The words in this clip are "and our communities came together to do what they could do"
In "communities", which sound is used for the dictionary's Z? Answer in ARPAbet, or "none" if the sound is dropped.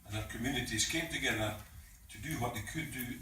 S